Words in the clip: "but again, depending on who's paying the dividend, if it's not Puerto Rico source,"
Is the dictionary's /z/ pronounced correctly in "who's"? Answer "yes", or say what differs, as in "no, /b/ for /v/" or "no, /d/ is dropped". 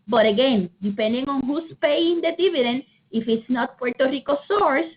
no, /s/ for /z/